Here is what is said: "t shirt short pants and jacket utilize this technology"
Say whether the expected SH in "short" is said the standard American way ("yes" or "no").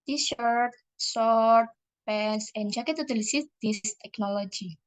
no